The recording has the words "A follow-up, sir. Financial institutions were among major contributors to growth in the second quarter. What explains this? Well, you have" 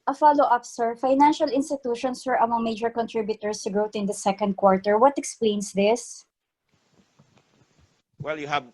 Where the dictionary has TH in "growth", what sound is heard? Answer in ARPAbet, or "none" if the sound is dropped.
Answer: T